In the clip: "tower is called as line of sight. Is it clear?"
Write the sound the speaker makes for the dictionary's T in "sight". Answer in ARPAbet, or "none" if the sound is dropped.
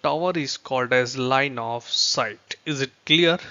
T